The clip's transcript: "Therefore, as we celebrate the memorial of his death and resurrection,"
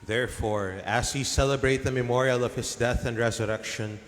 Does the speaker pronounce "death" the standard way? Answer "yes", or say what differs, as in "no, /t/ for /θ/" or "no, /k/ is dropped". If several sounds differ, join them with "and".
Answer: yes